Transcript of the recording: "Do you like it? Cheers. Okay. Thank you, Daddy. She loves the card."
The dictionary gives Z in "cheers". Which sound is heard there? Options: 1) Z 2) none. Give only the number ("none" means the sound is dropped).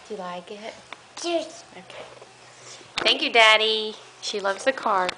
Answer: 2